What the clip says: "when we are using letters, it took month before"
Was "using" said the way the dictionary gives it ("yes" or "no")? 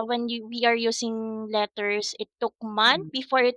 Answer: no